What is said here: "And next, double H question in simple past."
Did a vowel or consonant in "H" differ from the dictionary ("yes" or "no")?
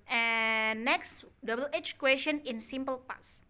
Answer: no